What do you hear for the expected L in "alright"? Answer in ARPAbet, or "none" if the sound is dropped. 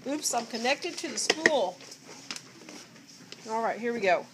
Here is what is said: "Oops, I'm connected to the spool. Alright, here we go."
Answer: L